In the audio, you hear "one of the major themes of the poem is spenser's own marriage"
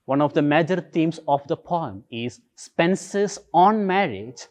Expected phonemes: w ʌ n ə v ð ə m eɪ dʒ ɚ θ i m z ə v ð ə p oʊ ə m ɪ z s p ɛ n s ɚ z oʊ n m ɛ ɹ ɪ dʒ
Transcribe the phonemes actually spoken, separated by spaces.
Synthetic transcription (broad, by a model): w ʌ n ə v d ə m eɪ dʒ ɚ t i m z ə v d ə p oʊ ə m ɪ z s p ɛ n s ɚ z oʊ n m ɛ ɹ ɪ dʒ